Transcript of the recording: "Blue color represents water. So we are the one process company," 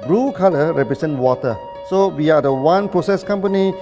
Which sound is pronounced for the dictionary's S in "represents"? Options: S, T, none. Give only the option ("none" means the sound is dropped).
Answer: none